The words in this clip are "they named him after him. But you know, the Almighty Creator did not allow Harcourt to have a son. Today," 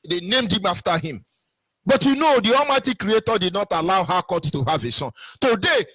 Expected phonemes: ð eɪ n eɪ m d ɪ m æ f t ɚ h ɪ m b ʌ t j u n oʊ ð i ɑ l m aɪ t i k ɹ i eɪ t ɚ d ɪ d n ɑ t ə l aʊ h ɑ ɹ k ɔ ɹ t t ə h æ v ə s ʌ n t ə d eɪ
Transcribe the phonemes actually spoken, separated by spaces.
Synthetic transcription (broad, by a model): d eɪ n eɪ m d ɪ m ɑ f t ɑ h ɪ m b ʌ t j u n oʊ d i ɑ m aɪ t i k ɹ i eɪ t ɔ d ɪ d n ɑ t ə l aʊ h ɑ k ɔ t t ə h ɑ v ə s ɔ n t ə d eɪ